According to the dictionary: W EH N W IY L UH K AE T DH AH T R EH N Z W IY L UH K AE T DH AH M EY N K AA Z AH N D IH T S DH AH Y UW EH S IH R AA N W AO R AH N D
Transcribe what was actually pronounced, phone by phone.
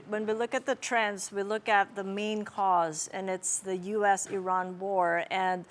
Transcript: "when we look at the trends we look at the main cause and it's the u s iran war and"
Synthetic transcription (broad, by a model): W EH N W IY L UH K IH T DH AH T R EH N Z W IY L UH K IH T DH AH M EY N K AA Z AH N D IH T S DH AH Y UW EH S IH R AA N W AO R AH N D